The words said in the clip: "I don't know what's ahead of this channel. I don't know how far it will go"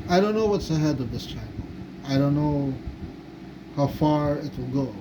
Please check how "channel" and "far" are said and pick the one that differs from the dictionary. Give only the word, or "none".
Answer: channel